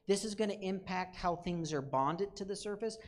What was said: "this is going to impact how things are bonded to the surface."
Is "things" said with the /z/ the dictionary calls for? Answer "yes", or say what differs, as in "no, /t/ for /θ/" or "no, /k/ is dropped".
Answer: yes